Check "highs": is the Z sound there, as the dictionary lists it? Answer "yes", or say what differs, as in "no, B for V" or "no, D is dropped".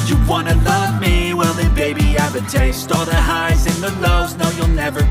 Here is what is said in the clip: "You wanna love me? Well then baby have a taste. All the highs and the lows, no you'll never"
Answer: yes